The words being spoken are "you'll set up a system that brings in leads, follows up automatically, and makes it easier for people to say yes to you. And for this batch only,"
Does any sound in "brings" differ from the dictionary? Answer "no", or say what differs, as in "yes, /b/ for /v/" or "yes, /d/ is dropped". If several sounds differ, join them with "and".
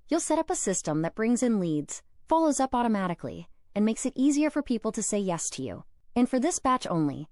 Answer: no